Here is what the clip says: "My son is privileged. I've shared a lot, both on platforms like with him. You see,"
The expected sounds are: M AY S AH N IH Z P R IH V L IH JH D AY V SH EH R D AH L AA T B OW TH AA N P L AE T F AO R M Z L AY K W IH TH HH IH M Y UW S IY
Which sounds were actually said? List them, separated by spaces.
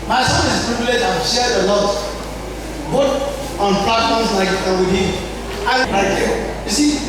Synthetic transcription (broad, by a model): M AY S AH N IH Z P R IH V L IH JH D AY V SH EH R D AH L AA T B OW T AA N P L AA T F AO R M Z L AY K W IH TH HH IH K Y UW S IY